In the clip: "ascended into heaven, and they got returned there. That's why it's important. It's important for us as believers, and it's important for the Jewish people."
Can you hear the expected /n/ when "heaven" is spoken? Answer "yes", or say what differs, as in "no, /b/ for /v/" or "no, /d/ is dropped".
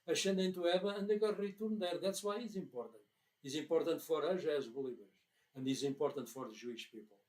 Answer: no, /n/ is dropped